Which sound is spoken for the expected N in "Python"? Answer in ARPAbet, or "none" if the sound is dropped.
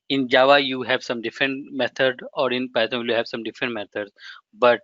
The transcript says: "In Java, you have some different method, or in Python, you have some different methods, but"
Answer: L